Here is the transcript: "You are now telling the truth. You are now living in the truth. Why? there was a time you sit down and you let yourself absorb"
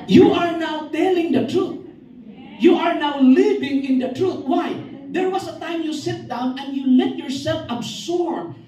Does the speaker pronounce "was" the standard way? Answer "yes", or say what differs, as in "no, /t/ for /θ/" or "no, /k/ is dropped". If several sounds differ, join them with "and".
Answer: no, /s/ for /z/